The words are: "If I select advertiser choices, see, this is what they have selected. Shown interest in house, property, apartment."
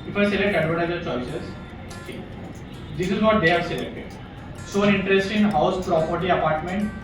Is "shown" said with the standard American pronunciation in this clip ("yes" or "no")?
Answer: no